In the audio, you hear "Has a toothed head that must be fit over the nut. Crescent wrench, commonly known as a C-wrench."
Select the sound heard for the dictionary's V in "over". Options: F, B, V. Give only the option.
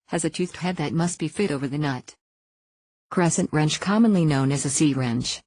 V